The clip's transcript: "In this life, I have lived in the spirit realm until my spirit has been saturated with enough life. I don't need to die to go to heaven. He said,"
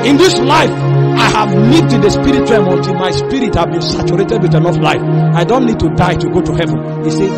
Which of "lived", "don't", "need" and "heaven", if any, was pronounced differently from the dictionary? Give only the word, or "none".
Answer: lived